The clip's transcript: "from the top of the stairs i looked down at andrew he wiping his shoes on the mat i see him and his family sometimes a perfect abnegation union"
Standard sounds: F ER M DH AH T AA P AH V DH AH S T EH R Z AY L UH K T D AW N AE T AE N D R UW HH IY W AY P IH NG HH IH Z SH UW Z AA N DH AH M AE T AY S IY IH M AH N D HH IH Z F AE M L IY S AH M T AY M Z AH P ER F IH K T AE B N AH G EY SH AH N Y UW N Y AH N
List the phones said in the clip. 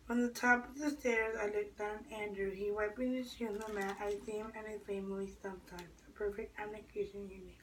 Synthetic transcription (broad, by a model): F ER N DH AH T AA P AH V DH AH S T EH R Z AY L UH K D AW N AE AE N D R UW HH IY W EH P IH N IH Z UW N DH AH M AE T AY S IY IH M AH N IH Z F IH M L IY S AH M T AY M Z AH P ER F IH K T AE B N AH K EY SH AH N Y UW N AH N